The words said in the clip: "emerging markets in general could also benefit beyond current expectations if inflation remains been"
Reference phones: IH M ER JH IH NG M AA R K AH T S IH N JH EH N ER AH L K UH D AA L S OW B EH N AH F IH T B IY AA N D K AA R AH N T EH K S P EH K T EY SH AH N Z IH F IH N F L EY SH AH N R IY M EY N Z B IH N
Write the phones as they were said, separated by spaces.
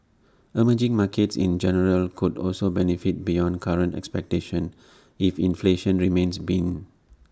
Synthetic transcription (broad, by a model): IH M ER JH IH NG M AA K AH T S IH N JH EH N ER AH L K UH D AA L S OW B EH N AH F IH T B IY AA N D K AA R AH N T EH K S P EH K T EY SH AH N IH F IH N F L EY SH AH N R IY M EY N S B IH N